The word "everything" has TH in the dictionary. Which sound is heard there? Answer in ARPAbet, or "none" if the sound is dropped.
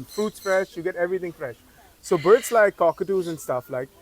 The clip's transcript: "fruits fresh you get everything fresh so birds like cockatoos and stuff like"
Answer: T